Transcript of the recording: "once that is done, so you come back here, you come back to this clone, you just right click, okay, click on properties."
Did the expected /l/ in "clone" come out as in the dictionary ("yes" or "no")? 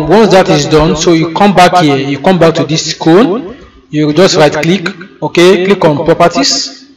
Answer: no